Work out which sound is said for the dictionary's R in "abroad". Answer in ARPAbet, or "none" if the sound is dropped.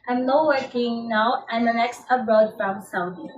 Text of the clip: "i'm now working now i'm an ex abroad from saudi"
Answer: none